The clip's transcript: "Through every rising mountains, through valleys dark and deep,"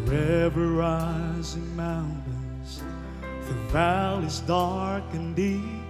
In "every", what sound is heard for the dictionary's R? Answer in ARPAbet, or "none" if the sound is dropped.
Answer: none